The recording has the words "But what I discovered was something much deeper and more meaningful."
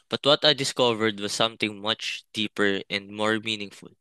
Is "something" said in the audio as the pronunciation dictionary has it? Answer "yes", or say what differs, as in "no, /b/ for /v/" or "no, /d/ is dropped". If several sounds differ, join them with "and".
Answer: no, /t/ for /θ/